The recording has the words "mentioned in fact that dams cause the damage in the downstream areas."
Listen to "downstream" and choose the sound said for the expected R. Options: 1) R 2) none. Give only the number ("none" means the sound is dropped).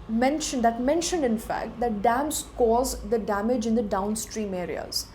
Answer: 1